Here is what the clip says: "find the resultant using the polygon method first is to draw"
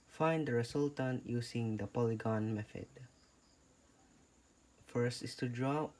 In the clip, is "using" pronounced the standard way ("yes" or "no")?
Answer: no